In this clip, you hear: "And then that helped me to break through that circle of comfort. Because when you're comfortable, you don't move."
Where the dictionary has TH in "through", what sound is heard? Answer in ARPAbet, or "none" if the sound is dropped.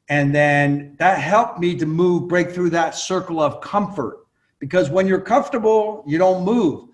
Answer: TH